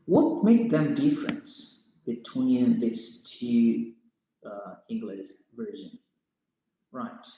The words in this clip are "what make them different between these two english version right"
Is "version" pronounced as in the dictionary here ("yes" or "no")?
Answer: yes